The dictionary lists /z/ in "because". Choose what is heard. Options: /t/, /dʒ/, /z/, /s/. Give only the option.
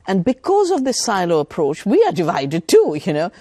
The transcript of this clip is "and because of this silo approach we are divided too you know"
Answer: /z/